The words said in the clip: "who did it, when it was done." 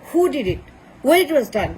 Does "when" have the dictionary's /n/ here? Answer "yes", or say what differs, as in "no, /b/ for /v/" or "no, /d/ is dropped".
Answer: no, /n/ is dropped